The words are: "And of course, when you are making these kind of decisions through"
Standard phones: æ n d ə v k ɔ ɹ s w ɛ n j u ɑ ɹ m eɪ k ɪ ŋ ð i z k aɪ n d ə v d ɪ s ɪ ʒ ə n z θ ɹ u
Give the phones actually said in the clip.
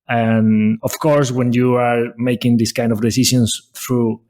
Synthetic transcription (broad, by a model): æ n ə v k ɔ ɹ s w ɛ n j u ɑ ɹ m eɪ k ɪ ŋ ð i s k aɪ n d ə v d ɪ s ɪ ʃ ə n s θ ɹ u